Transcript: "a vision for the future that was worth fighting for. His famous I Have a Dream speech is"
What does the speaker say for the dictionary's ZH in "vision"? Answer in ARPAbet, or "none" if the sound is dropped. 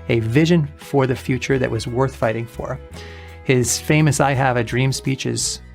ZH